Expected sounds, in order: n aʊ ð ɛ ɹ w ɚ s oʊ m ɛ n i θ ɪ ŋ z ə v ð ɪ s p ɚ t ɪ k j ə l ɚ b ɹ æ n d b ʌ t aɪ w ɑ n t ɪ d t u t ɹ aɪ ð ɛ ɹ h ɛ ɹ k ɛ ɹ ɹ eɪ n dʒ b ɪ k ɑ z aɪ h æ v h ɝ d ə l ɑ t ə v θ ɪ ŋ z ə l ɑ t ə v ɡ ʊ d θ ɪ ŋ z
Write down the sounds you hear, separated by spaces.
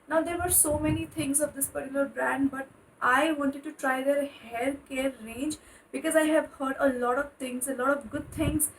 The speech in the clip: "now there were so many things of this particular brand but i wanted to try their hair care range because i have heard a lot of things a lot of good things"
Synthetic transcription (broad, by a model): n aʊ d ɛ ɹ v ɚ s oʊ m ɛ n i t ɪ ŋ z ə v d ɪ s p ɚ t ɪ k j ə l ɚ b ɹ æ n d b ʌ t aɪ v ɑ n t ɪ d t u t ɹ aɪ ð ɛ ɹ h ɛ l k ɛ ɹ ɹ eɪ n dʒ b ɪ k ɑ z aɪ h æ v h ɝ d ə l ɑ t ə v t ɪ ŋ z ə l ɑ t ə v ɡ ʊ d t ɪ ŋ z